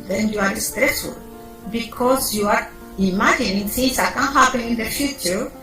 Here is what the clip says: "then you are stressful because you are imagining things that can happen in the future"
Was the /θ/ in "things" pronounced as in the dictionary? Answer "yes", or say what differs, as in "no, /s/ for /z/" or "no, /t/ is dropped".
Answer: no, /s/ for /θ/